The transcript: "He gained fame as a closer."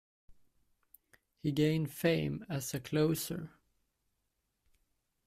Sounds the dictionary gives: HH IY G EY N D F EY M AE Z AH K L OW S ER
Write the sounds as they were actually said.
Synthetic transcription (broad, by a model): HH IY G EY N D F EY M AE S AH K L OW S ER